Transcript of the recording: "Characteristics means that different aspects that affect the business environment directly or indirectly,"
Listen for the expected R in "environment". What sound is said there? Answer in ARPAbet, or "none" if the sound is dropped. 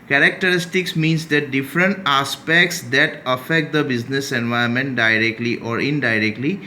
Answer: none